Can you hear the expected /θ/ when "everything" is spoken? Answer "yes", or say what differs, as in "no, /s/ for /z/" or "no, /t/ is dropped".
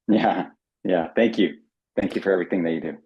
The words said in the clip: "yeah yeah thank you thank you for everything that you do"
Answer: yes